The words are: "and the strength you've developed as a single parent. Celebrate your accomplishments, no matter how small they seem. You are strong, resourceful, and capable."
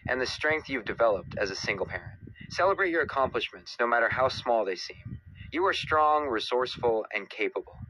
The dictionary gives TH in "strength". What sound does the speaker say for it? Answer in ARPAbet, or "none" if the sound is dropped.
TH